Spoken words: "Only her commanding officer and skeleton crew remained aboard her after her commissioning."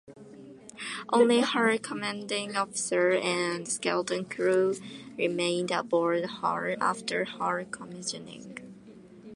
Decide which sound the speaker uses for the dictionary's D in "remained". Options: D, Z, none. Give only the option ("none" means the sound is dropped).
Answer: D